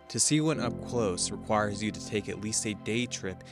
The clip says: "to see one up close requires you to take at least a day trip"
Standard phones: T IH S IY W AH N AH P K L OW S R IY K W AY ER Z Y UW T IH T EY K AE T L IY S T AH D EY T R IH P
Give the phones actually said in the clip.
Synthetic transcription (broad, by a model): T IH S IY W AH N AH P K L OW S R IY K W AY ER Z Y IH T IH T EY K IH T L IY S T AH D EY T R IH P